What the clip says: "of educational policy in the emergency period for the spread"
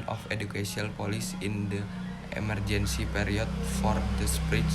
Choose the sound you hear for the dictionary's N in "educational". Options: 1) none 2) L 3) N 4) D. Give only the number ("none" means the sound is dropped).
1